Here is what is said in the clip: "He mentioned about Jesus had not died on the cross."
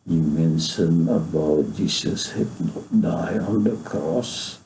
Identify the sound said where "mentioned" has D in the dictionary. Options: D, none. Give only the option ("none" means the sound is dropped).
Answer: none